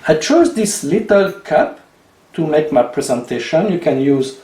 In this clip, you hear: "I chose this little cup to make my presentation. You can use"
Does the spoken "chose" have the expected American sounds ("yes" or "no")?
yes